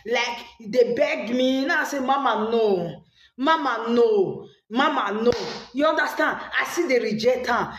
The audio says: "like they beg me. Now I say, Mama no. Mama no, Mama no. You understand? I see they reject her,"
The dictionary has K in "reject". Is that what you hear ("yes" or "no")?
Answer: no